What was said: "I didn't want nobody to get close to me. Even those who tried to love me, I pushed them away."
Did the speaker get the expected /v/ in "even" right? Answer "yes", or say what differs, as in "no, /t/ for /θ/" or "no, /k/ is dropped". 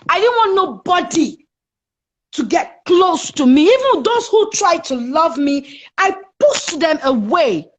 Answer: yes